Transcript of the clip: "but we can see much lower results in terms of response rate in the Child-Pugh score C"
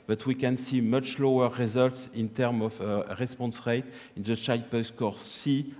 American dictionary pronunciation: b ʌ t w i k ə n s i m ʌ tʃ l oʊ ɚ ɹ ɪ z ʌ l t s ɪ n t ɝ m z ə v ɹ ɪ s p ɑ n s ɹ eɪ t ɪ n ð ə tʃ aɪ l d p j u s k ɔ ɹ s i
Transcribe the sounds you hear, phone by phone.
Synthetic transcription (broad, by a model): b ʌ t w i k ə n s i m ʌ tʃ l oʊ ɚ ɹ ɪ z ʌ l t s ɪ n t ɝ m ə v ɹ ɪ s p ɑ n s ɹ eɪ t ɪ n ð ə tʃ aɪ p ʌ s k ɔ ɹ s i